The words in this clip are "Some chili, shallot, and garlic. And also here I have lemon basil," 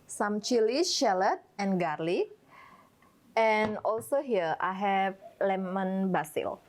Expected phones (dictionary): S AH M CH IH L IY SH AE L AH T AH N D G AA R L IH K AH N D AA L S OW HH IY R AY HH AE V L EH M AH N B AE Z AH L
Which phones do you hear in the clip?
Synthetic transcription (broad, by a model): S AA M CH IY L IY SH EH L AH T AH N G AA R L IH AH N AA L S OW HH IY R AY HH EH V L EH M AH N B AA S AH L